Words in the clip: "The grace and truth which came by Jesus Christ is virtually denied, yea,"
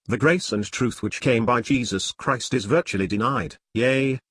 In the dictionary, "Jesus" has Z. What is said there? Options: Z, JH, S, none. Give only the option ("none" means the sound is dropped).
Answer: Z